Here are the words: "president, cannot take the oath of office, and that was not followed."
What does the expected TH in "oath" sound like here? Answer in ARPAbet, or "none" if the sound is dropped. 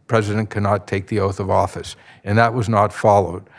TH